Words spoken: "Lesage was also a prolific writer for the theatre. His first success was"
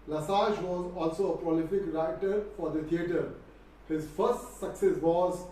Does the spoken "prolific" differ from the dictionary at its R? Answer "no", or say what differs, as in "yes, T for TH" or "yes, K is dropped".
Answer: no